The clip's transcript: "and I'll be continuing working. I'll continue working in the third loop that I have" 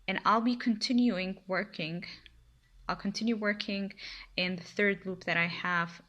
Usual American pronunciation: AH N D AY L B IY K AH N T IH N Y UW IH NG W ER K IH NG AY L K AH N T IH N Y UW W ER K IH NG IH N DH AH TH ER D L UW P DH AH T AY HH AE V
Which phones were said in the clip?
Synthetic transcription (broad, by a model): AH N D AY L B IY K AH N T IH N Y UW IH NG W ER K IH NG AY L K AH N T IH N Y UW W ER K IH NG IH N DH AH TH ER D L UW P DH AH T AY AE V